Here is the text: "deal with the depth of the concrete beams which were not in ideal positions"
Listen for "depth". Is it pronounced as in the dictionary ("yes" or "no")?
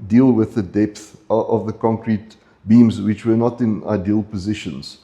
yes